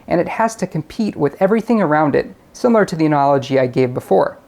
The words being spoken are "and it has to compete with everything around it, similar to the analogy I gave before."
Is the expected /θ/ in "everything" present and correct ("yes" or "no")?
yes